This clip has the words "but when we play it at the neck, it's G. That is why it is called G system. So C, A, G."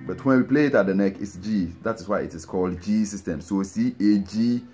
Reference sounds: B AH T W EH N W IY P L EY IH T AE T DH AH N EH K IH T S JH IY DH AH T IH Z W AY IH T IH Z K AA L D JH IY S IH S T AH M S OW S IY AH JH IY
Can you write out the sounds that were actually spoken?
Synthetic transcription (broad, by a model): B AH T W EH N W IY P L EY IH T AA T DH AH N EH K IH T S JH IY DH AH T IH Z W AY IH T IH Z K AA L D JH IY S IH S T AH M S OW S IY AH JH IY